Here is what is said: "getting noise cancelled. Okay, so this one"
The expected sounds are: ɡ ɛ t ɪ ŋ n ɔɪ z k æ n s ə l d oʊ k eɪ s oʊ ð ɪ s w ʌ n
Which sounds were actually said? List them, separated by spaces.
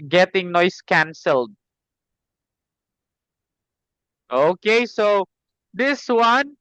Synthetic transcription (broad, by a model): ɡ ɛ t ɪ ŋ n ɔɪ s k æ n s ə l d oʊ k eɪ s oʊ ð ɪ s w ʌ n